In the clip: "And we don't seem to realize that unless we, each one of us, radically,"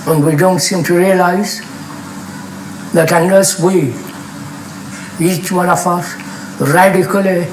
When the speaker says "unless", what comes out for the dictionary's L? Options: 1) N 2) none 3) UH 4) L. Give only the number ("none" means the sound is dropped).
2